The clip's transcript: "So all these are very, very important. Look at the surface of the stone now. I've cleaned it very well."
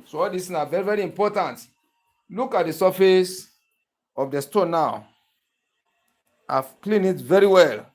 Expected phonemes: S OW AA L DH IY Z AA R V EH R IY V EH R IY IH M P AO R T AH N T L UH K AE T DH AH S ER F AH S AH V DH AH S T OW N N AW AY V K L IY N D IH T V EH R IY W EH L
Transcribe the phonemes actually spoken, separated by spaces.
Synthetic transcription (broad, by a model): S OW AA L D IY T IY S V EH R IY V EH R IY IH M P AO T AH N T L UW K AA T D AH S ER F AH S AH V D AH S T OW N N AW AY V K L IY N IH T V EH R IY W EH L